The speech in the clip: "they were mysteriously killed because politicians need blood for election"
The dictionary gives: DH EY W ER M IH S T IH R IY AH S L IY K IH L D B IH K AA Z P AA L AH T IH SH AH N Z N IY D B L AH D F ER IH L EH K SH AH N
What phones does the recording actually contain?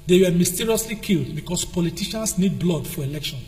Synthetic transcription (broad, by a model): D EY W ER M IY S T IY R IY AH S L IY K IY L D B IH K AA S P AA L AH T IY SH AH N S N IY D B L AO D F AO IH L EH K SH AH N